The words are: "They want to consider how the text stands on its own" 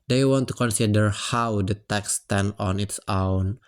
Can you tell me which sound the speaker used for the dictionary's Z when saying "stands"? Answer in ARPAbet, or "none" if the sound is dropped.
none